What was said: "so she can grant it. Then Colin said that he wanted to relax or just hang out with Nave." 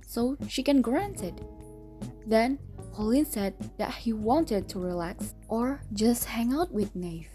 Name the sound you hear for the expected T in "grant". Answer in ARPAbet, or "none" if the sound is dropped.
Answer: T